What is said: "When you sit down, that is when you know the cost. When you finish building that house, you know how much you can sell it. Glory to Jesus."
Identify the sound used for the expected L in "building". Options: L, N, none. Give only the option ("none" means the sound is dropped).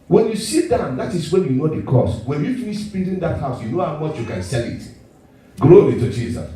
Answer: N